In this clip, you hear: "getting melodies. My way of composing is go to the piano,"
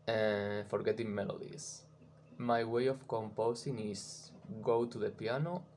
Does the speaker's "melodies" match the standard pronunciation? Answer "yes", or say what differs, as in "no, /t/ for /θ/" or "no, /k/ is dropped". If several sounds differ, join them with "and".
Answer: no, /s/ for /z/